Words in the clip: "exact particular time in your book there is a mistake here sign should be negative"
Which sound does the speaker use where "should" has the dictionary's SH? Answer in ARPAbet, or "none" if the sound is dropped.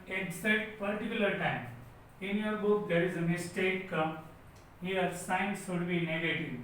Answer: S